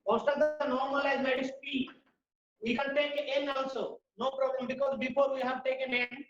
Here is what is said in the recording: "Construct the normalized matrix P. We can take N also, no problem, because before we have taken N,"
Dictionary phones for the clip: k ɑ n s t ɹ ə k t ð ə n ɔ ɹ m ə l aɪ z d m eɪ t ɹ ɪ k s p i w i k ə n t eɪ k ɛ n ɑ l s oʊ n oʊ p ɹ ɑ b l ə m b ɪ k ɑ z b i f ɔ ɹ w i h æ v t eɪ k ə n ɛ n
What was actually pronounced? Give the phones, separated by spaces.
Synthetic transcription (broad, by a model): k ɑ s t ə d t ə n ɔ ɹ m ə l aɪ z m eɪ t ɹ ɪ s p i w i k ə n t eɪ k ɛ n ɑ s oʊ n oʊ p ɹ ɑ b l ə m b ɪ k ɑ z b i f ɔ ɹ w i h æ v t eɪ k ə n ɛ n